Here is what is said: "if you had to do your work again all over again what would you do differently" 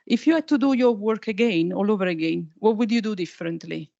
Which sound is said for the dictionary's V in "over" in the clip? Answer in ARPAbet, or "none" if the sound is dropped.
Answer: V